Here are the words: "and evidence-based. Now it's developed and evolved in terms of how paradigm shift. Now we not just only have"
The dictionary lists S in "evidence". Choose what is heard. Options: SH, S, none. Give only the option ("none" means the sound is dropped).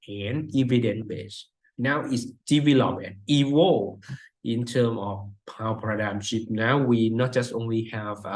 none